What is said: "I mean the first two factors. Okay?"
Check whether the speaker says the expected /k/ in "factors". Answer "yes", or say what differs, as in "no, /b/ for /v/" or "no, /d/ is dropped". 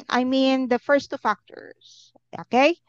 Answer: yes